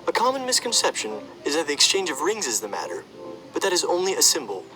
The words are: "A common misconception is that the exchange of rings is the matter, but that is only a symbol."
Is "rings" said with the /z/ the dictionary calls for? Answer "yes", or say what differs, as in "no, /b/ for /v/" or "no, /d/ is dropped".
yes